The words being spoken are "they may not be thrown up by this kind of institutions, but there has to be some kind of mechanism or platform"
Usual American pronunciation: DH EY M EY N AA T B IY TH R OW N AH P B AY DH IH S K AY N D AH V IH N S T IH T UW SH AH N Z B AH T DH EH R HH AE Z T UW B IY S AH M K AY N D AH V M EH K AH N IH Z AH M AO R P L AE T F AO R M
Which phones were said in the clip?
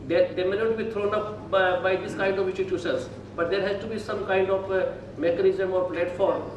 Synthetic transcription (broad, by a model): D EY M EY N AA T B IY T R OW N AH P B AY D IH S K AY N D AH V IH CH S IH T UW S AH Z B AH T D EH R HH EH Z T UW B IY S AH M K AY N D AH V M EH K AH N IH Z AH M AO R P L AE T F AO R M